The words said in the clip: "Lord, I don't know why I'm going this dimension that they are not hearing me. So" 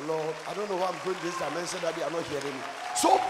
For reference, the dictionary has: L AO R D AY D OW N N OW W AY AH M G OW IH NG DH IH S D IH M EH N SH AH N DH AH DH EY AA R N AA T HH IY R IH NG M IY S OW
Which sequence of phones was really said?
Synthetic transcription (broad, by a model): L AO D AY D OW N N OW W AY AH M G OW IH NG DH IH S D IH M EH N S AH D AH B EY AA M N AA T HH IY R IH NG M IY S OW